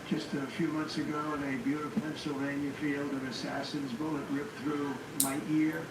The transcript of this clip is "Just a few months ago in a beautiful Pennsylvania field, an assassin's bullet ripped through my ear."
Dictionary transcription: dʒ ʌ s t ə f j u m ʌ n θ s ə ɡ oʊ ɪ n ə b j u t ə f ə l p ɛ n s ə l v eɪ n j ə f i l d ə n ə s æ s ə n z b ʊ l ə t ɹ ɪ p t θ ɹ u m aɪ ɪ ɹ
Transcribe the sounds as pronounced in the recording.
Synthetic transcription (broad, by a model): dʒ ʌ s t ə f j u m ʌ n θ s ə ɡ oʊ ɪ n ə b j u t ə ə p ɛ n s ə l v eɪ n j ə f i l d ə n ə s æ s ə n z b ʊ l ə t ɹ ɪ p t θ ɹ u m aɪ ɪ ɹ